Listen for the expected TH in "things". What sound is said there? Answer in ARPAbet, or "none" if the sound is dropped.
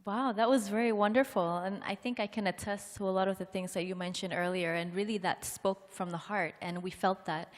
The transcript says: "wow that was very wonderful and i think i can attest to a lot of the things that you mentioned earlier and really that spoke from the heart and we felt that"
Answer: TH